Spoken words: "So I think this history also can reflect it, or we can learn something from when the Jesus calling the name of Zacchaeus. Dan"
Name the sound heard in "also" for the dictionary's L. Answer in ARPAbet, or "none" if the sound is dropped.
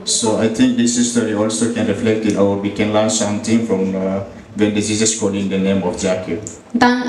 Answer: L